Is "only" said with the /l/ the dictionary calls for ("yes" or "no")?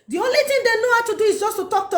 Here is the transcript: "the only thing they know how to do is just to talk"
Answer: yes